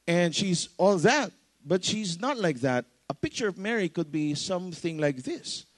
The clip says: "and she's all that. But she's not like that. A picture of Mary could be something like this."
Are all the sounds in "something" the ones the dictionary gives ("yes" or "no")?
yes